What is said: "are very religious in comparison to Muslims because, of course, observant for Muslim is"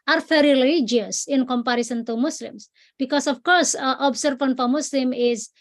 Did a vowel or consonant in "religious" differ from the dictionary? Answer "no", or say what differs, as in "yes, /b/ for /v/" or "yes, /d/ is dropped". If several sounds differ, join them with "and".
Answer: yes, /dʒ/ is dropped